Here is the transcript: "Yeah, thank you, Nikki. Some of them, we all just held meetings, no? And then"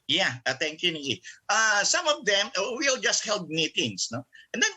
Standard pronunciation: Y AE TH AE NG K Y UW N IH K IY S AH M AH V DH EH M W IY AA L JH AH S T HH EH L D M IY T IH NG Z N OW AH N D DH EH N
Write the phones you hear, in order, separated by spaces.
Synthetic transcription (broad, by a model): Y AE T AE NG K Y UW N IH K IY S AH M AH V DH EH M W IY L JH AH S T HH EH L D M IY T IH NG S N OW AH N D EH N